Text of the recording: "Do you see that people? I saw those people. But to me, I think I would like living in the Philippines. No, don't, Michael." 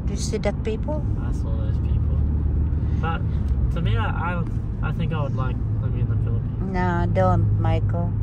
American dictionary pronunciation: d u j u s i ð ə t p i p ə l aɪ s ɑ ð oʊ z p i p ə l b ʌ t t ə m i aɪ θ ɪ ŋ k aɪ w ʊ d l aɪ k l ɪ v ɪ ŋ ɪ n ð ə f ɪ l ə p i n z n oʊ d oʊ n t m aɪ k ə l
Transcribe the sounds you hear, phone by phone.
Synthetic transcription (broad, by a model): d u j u s i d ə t p i p ə l aɪ s ɑ ð oʊ z p i p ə l b ʌ t t ə m i aɪ θ ɪ ŋ k aɪ w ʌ d l aɪ k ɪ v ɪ ɪ n ð ə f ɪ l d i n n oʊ d oʊ n t m aɪ k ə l